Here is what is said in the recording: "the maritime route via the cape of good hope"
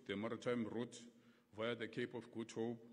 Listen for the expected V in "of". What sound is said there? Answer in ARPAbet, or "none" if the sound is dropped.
F